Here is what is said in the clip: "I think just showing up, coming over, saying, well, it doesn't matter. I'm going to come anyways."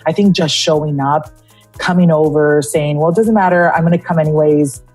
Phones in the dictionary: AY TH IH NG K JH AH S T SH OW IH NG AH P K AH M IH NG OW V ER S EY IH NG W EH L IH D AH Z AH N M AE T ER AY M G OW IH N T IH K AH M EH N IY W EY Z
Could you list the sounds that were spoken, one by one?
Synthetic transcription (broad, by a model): AY TH IH NG K JH AH S T SH OW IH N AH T K AH M IH NG OW V ER S EY IH NG W EH L D AH Z AH N M AE T ER AY M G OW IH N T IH K AH M EH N IY W EY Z